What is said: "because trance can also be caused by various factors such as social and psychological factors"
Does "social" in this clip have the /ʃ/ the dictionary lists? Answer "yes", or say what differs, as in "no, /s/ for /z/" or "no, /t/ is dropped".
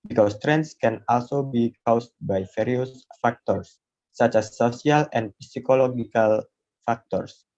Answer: no, /s/ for /ʃ/